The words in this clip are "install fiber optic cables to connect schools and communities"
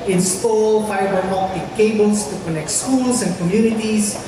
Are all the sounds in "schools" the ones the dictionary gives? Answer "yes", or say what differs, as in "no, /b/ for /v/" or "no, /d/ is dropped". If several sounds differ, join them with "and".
no, /s/ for /z/